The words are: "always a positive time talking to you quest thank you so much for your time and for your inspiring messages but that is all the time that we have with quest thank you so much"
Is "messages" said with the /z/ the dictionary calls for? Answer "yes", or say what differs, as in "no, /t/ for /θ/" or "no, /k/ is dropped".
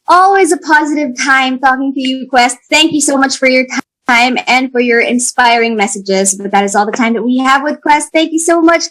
yes